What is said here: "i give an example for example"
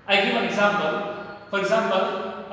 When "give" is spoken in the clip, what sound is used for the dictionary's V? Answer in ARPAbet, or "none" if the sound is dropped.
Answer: F